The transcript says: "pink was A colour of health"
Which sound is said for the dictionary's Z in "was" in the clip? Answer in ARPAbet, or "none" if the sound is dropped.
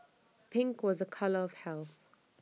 Z